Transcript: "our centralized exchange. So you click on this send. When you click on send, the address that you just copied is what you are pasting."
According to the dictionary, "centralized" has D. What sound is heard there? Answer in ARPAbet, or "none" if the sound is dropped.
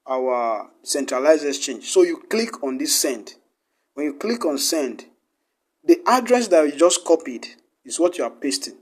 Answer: none